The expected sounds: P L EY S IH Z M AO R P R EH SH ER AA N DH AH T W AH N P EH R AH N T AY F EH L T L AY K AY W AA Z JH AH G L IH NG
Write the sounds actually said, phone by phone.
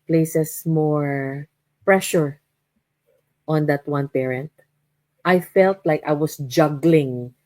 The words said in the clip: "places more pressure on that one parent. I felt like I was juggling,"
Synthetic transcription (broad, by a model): P L EY S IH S M AO R P R EH SH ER AA N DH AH T W AH N P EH R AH N T AY F EH L T L AY K AY W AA S JH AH G L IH NG